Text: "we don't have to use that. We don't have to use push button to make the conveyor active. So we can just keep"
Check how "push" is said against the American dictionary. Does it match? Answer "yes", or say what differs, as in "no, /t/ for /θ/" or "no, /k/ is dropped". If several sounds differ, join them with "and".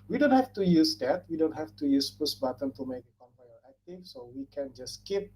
no, /s/ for /ʃ/